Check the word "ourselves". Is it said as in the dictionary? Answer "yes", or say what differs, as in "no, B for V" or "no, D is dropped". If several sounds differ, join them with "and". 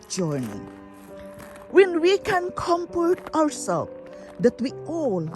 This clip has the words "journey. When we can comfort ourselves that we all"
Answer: no, W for R